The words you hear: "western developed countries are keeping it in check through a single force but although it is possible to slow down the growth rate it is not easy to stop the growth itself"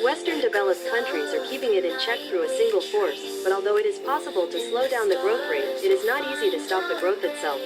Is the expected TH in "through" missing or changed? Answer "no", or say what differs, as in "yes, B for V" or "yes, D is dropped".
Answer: no